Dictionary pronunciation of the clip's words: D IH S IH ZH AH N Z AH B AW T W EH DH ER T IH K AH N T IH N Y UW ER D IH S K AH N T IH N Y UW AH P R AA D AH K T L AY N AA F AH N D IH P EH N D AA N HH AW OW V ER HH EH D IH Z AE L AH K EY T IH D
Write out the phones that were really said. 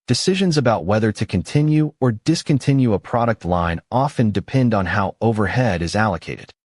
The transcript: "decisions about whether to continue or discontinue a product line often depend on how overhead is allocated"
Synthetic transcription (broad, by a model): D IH S IH ZH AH N Z AH B AW T W EH DH ER T IH K AH N T IH N Y UW ER D IH S K AH N T IH N Y UW AH P R AA D AH K T L AY N AA F AH N D IH P EH N D N HH AW OW V ER HH EH D IH Z AE L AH K EY T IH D